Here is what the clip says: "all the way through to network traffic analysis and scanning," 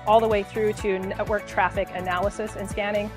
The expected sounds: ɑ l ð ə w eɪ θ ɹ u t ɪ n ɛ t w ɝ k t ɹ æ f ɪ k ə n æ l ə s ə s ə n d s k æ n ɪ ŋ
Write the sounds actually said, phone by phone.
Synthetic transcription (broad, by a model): ɑ l ð ə w eɪ θ ɹ u t ɪ n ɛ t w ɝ k t ɹ æ f ɪ k ə n æ l ə s ə s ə n s k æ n ɪ ŋ